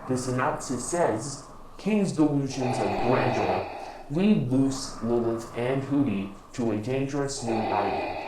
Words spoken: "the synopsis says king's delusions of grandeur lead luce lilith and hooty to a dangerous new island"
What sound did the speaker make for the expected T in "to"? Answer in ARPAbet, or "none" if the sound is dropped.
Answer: T